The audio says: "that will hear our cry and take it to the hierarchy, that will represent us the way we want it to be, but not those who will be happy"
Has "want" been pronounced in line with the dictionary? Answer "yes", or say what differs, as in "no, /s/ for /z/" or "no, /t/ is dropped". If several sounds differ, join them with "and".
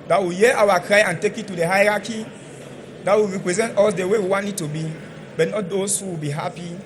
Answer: no, /t/ is dropped